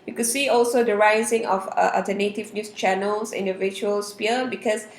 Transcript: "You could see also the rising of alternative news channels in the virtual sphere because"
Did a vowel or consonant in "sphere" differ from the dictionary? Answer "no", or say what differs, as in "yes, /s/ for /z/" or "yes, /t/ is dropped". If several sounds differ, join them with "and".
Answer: yes, /p/ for /f/